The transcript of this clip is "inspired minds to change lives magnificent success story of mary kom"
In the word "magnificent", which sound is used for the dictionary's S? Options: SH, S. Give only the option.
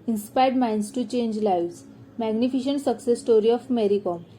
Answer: SH